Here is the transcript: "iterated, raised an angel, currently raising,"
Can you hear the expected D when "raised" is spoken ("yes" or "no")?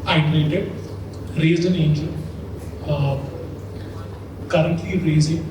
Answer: no